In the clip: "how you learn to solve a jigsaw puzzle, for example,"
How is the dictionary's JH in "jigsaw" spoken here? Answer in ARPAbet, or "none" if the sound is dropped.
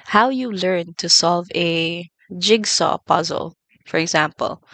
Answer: JH